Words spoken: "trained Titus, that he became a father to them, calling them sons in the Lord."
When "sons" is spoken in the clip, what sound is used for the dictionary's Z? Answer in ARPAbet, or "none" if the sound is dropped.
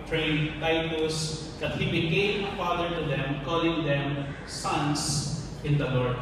S